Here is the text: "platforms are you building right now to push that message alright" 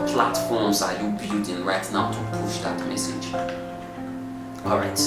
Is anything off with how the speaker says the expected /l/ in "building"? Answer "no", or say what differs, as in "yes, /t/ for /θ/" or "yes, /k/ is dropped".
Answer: yes, /l/ is dropped